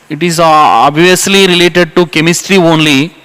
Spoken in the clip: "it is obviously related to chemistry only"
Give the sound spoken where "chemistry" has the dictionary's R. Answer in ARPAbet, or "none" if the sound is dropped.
R